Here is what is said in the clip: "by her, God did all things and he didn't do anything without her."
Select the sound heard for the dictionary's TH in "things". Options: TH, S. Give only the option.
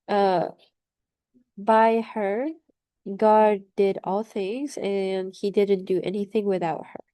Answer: TH